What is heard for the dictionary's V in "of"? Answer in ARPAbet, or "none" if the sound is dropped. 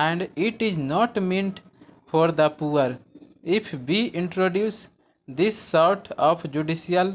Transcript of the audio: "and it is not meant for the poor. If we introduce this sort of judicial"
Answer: P